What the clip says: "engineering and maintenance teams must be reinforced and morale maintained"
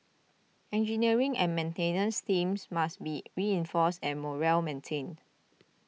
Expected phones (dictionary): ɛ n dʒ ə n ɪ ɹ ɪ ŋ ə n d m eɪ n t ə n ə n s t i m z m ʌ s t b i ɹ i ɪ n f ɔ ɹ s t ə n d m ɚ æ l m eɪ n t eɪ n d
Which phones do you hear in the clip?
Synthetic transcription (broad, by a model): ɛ n dʒ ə n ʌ ɹ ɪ ŋ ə n m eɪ n t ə n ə n s t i m s m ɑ s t b i ɹ i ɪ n f ɔ s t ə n m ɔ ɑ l m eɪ n t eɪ n